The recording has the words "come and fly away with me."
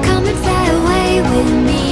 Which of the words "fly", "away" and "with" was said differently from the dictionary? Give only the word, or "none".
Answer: fly